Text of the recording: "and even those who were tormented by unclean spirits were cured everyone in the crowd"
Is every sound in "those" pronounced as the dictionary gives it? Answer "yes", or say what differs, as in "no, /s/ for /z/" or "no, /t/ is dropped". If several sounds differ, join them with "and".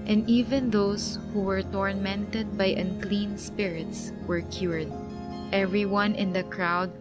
no, /s/ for /z/